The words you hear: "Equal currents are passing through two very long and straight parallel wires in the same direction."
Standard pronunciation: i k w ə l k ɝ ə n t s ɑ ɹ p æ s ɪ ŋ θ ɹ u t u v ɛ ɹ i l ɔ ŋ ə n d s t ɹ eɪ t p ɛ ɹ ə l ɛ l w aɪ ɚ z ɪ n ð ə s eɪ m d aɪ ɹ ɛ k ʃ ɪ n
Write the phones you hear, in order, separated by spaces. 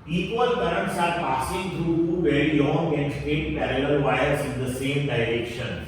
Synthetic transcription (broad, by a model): i k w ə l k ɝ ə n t s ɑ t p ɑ s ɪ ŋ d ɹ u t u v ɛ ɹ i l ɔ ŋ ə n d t eɪ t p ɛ ɹ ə l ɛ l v aɪ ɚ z ɪ n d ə s eɪ m d aɪ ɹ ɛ k ʃ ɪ n